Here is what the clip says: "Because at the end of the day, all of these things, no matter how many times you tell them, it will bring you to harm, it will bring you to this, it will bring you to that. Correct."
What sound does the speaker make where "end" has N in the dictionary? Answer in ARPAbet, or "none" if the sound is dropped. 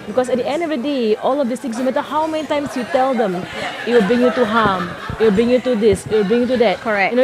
N